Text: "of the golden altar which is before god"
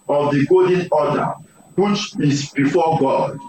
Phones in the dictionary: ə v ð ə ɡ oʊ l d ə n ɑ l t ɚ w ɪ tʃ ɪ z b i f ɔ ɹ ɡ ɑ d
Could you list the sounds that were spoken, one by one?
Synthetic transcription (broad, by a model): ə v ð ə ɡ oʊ d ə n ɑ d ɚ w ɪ tʃ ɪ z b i f ɔ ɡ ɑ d